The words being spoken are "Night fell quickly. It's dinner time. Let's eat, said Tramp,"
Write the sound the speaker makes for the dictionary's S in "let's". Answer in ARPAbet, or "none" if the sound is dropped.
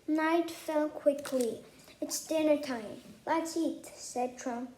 none